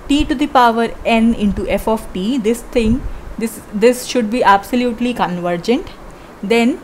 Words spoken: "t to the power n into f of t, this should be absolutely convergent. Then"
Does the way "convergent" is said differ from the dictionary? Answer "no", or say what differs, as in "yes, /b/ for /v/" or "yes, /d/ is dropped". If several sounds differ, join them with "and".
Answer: no